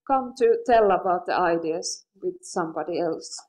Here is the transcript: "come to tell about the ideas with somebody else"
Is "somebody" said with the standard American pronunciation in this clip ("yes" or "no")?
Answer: yes